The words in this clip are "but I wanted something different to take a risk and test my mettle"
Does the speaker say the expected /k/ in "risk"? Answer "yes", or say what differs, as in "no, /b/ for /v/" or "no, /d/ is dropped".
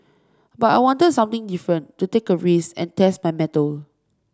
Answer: no, /k/ is dropped